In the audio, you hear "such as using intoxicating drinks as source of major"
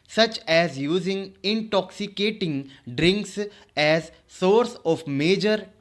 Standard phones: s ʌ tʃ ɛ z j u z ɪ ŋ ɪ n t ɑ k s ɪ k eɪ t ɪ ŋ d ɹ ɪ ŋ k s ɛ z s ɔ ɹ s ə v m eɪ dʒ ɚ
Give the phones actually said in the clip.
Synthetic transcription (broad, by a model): s ʌ tʃ ɛ z j u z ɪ ŋ ɪ n t ɑ k s ɪ k eɪ t ɪ ŋ d ɹ ɪ ŋ k s ɛ z s ɔ ɹ s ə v m eɪ dʒ ɚ